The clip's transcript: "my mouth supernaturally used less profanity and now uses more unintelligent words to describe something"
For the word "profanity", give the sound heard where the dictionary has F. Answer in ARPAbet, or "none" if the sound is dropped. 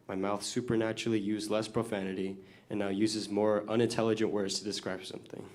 F